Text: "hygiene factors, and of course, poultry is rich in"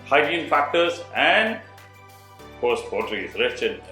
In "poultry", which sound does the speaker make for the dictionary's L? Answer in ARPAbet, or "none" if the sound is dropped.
none